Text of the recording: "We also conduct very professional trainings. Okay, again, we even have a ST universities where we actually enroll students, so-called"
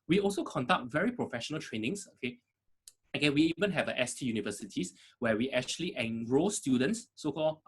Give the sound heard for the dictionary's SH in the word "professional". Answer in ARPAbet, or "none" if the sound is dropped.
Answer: SH